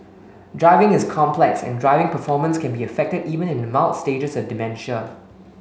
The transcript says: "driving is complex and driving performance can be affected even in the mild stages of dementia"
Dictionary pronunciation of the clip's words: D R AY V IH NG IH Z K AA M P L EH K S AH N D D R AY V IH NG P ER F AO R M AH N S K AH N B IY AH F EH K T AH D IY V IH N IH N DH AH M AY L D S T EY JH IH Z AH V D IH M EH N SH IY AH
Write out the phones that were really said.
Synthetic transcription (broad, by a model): D R AY V IH NG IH S K AA M P L EH K S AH N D D R AY V IH NG P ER F AO M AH N S K AH N B IY AH F EH K T AH D IY V IH N IH N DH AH M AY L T S T EY JH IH S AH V D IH M EH N SH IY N